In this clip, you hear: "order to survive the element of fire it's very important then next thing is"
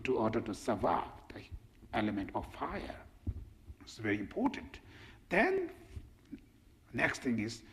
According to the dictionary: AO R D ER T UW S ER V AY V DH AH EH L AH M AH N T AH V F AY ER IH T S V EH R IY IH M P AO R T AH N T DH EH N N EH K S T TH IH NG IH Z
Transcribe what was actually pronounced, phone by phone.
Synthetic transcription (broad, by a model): AO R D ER T UW S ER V AY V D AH EH L AH M AH N T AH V F AY ER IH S V EH R IY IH M P AO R T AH N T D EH N N EH K S T T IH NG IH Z